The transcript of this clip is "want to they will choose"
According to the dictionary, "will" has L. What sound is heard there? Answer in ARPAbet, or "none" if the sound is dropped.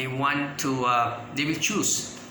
L